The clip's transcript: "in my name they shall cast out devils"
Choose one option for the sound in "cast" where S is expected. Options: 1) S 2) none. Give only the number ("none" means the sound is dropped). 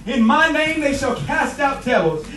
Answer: 1